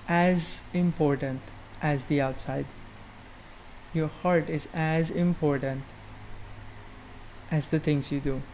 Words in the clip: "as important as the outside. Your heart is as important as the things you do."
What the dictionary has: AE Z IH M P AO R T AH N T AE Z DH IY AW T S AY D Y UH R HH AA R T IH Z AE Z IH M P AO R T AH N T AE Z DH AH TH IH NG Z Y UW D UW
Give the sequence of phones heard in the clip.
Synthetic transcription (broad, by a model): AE Z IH M P AO R T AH N T AE Z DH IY AW T S AY D Y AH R HH AA R T IH Z AE Z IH M P AO R T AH N T AE Z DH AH T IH NG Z Y UW D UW